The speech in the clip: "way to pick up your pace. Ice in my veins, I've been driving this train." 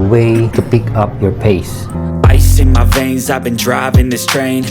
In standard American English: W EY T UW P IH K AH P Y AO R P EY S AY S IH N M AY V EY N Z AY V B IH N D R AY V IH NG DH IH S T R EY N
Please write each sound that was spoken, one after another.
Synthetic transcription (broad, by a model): W EY T UW P IH K AH P Y AO R P EY S AY S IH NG M AY V EY N Z AY V B IH N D R AY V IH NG DH IH S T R EY N